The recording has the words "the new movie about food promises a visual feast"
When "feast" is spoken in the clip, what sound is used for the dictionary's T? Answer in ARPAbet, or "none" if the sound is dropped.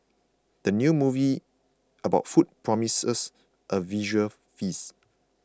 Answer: none